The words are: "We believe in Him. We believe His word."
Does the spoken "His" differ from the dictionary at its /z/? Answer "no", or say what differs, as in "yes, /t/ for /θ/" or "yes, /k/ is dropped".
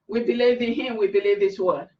yes, /s/ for /z/